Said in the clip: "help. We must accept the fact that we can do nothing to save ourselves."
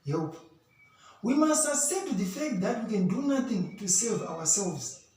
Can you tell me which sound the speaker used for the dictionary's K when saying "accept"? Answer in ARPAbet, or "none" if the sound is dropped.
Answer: none